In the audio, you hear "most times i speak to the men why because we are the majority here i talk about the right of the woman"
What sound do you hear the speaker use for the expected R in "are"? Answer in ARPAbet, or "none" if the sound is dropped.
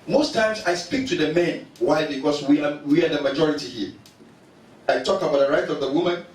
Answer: W